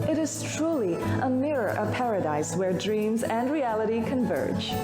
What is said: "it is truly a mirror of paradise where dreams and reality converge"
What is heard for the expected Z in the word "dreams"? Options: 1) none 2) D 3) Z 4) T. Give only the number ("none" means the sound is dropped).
3